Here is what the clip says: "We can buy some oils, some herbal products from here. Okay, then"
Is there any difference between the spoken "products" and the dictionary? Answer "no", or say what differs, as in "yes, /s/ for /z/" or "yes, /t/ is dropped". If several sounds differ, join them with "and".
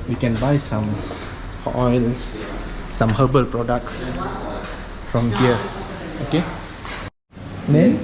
no